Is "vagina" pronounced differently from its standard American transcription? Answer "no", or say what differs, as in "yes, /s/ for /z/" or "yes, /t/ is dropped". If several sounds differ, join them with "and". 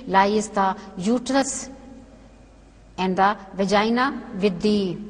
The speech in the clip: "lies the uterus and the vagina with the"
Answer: no